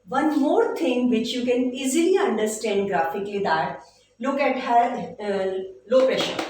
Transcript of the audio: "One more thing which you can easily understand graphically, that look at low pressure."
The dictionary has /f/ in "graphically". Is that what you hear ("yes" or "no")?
yes